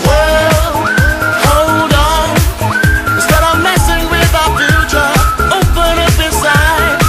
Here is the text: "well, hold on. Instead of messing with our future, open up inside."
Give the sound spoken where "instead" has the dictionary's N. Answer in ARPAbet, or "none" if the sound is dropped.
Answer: none